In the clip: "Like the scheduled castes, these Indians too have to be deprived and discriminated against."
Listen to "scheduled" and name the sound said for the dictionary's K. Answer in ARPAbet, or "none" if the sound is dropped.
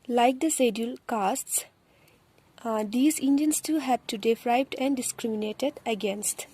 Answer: none